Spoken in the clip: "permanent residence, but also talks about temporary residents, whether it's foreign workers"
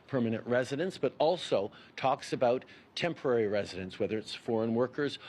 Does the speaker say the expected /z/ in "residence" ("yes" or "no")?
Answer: yes